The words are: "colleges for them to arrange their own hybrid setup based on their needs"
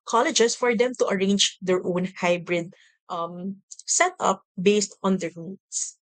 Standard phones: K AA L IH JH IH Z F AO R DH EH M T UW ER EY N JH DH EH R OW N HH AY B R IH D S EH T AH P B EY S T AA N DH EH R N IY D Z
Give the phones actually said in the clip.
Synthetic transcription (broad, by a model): K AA L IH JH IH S F AO R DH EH M T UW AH EY N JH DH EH R OW N HH AY B R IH D S EH T AH P B EY S T AA N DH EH R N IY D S